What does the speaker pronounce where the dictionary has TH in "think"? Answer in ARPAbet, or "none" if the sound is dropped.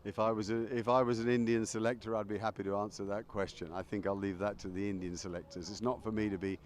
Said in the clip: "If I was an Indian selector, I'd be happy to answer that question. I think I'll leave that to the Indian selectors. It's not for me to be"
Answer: TH